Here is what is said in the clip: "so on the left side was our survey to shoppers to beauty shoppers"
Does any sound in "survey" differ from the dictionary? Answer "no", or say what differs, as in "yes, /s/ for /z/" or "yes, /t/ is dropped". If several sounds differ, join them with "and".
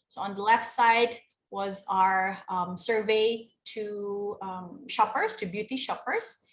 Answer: no